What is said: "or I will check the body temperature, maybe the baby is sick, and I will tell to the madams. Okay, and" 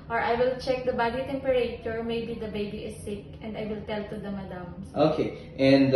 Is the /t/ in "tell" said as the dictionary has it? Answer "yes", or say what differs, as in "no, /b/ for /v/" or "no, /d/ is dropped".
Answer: yes